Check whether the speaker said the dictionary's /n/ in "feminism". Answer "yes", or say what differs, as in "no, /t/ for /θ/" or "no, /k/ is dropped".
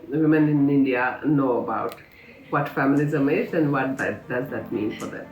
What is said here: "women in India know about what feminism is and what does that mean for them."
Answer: no, /l/ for /n/